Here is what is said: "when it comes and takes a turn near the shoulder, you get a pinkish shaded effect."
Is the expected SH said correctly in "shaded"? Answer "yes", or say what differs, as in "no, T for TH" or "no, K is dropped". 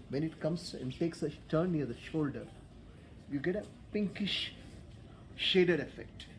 yes